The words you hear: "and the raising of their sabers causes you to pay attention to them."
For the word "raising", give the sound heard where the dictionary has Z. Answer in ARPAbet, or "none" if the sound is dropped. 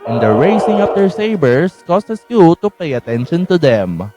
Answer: S